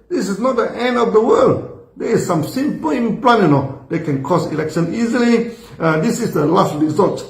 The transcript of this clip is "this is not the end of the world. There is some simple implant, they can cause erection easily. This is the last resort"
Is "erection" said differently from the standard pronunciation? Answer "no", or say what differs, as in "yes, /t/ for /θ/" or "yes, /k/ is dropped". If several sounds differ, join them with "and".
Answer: yes, /l/ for /ɹ/